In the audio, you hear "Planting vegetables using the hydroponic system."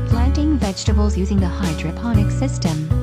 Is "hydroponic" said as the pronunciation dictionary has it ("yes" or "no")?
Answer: yes